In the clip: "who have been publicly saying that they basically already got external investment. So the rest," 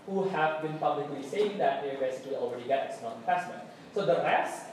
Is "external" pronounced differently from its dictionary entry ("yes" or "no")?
yes